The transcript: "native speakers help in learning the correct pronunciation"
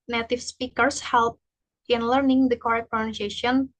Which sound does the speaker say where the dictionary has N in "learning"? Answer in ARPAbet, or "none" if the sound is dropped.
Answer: N